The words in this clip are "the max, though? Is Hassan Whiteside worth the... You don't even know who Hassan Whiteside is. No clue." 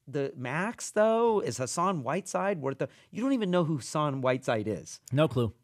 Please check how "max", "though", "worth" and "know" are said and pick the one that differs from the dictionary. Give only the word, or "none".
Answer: worth